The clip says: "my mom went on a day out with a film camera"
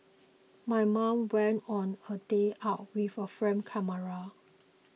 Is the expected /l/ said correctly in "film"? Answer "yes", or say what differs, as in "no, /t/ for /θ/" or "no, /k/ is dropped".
no, /l/ is dropped